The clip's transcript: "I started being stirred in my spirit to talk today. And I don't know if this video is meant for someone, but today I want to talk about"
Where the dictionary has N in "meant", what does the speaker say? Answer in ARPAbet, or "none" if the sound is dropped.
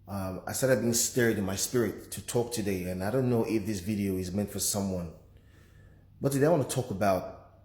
N